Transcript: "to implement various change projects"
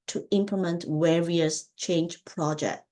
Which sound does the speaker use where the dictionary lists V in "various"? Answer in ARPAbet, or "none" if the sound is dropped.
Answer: W